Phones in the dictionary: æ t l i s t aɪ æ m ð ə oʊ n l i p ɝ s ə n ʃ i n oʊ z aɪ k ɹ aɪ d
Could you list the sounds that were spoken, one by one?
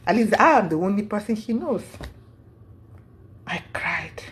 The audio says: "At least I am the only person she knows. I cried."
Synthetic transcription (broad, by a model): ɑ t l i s aɪ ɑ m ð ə oʊ n l i p ɝ s ə n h i n oʊ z aɪ k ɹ aɪ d